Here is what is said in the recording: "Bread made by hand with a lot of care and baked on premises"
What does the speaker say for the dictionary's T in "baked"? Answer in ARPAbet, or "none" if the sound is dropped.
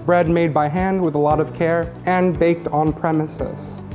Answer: T